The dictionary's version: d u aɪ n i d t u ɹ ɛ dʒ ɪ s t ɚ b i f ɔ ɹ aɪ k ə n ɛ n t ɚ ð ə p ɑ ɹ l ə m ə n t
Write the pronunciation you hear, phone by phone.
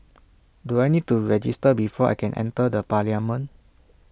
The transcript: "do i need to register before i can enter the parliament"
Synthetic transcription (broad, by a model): d u aɪ n i d t u ɹ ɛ dʒ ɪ s t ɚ b i f ɔ aɪ k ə n ɛ n t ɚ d ə p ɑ l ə m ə n